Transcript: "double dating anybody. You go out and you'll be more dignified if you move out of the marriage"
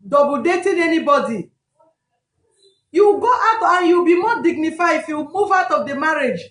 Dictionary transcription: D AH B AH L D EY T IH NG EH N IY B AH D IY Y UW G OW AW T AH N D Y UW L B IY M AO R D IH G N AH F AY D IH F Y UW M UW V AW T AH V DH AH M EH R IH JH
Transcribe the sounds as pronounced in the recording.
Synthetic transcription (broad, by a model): D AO B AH D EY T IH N EH N IY B AH D IY Y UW G OW AW T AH N Y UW W B IY M AO D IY G N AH F AY IH F Y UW M UW V AW T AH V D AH M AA R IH JH